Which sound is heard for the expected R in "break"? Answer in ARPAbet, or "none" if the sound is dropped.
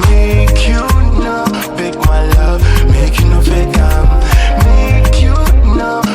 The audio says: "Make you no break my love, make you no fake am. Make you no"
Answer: none